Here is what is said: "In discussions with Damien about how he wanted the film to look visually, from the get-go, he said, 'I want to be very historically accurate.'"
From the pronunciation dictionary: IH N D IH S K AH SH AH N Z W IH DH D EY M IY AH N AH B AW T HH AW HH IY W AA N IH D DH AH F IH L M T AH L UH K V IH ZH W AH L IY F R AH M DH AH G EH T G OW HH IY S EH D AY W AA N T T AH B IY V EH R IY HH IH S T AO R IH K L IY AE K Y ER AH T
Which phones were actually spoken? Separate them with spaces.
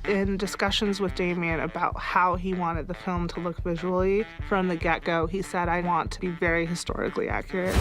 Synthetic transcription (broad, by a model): IH N D IH S K AH SH AH N Z W IH DH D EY M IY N AH B AW T HH AW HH IY W AA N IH D DH AH F IH L M T AH L UH K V IH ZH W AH L IY F R AH M DH AH G EH T G OW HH IY S EH D AY W AA N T T AH B IY V EH R IY HH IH S T AO R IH K L IY AE K Y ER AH T